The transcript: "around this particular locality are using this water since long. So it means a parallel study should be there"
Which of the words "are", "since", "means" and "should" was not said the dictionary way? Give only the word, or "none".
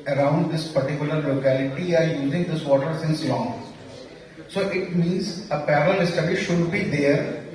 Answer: none